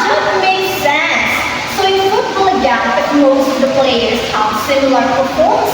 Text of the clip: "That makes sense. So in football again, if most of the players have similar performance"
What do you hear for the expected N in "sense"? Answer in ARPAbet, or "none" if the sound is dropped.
N